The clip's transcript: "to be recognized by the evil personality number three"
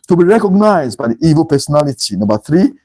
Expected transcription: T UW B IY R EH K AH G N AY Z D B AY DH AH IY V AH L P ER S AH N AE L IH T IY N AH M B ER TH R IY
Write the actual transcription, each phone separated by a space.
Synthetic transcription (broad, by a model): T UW B IY R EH K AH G N AY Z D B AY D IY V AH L P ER S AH N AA L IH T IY N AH B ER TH R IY